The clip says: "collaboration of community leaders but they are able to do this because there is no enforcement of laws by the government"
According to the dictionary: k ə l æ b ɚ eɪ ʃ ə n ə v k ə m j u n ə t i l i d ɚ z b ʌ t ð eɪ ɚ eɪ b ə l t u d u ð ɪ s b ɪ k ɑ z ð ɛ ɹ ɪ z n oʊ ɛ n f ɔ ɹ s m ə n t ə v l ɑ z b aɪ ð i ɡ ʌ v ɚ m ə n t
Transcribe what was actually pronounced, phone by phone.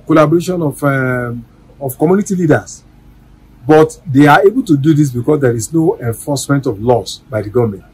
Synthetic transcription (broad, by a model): k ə l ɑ b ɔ eɪ ʃ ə n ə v k ə m j u n ə t i l i d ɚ s b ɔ t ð eɪ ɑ eɪ b ə l t u d u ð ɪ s b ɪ k ɑ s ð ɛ ɹ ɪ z n oʊ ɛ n f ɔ s m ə n t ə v l ɑ s b aɪ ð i ɡ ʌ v m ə n t